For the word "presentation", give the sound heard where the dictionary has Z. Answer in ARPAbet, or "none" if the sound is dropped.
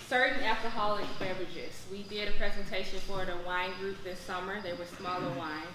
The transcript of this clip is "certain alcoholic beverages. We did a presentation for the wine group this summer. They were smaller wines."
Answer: Z